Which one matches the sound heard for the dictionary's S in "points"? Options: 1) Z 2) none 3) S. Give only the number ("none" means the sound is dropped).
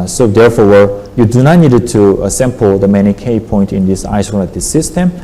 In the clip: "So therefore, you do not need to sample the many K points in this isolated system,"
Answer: 2